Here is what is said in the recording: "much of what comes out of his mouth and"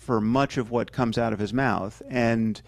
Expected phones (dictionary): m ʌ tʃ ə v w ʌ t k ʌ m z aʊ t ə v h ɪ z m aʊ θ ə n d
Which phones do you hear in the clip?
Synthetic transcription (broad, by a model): m ʌ tʃ ə v w ʌ t k ʌ m z aʊ t ə v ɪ z m aʊ θ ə n